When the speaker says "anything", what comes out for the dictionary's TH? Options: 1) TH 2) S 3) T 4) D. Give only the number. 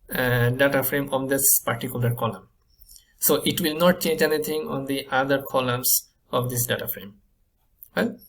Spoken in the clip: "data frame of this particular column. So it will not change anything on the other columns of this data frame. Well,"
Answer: 3